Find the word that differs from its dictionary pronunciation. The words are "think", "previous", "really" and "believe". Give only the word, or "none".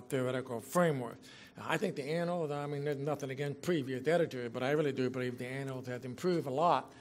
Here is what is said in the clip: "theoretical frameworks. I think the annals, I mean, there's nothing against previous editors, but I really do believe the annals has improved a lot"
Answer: none